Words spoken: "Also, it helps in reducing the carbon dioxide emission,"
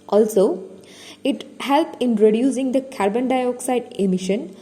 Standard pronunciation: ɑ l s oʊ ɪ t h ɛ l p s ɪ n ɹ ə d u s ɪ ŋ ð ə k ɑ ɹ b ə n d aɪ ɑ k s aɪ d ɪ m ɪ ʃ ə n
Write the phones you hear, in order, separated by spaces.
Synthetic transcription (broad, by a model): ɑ l s oʊ ɪ t h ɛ l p ɪ n ɹ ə d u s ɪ ŋ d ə k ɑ ɹ b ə n d aɪ ɑ k s aɪ d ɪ m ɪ ʃ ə n